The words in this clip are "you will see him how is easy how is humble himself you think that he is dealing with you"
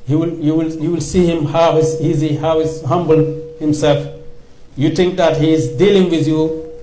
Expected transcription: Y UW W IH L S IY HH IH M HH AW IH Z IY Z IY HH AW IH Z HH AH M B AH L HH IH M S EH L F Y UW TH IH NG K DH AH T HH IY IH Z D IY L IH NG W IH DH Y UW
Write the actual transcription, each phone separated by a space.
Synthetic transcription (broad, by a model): Y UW W IH L S IY HH IH M HH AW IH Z IY Z IY HH AW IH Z HH AH M B AH L HH IH M S EH L F Y UW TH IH NG K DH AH T HH IY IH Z D IY L IH NG W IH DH Y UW